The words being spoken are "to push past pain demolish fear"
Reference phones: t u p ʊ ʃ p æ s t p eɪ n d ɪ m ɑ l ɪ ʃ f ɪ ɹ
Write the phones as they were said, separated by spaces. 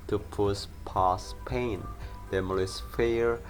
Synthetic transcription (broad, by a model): t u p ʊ s p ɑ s p eɪ n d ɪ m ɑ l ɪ s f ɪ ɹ